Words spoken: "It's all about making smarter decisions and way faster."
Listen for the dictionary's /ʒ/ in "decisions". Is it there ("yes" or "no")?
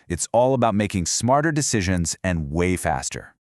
yes